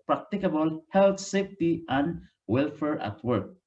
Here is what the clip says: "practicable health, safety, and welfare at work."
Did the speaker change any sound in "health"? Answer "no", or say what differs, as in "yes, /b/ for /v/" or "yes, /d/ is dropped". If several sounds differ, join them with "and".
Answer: yes, /t/ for /θ/